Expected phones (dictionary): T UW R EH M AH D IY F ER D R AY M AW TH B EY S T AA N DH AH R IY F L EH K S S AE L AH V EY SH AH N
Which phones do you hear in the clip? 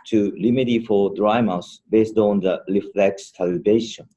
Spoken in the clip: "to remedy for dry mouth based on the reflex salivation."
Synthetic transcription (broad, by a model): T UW L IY M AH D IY F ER D R AY M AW S B EY S T AA N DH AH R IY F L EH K S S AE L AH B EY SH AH N